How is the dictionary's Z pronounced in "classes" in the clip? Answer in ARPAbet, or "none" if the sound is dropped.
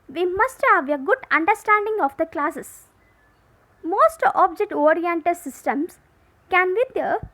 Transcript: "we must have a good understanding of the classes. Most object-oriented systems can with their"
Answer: S